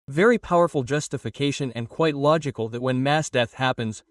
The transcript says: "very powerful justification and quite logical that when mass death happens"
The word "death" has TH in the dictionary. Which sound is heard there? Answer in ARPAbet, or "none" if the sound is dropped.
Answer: TH